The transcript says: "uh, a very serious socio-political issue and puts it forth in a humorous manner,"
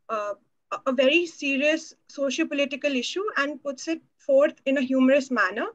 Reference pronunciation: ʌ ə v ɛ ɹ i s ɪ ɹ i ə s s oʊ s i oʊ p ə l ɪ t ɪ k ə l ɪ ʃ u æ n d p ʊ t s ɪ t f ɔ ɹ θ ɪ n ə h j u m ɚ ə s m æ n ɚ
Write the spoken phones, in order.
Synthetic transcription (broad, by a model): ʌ ə v ɛ ɹ i s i ɹ i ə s s oʊ ʃ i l p ə l ɪ t ɪ k ə l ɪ ʃ u æ n d p ʊ t s ɪ t f ɔ ɹ t ɪ n ə h j u m ɚ ə s m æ n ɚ